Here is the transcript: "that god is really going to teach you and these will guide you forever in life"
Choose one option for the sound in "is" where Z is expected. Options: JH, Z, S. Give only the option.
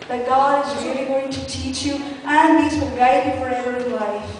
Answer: Z